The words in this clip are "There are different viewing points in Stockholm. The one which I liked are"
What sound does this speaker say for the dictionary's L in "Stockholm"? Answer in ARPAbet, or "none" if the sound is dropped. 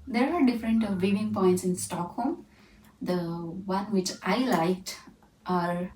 L